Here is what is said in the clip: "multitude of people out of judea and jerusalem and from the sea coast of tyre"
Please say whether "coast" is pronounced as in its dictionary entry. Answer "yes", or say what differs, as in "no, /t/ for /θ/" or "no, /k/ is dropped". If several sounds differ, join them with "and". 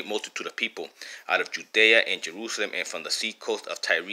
yes